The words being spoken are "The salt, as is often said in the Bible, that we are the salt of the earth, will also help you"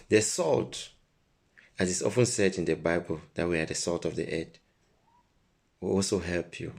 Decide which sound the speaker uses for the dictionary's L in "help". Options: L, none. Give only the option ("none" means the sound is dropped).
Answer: L